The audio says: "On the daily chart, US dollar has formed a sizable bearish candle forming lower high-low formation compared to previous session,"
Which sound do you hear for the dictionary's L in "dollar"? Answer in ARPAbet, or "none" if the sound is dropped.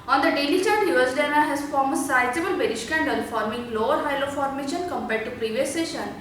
N